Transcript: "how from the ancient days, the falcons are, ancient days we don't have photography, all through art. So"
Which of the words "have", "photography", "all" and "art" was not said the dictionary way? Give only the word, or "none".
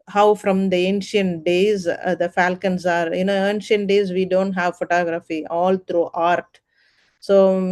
none